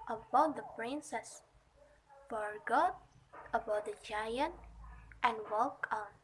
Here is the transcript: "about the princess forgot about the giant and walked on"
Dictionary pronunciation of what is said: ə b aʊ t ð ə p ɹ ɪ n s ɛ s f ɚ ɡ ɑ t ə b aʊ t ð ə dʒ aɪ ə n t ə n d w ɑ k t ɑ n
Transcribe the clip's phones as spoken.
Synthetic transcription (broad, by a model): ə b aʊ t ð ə p ɹ ɪ n s ɛ s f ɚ ɡ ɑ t ə b aʊ t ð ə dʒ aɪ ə n t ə n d w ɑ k ɑ n